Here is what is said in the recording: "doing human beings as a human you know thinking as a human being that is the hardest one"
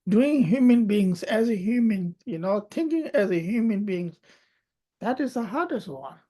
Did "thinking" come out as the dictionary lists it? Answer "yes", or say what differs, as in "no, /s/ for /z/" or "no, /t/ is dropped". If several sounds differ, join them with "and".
no, /t/ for /θ/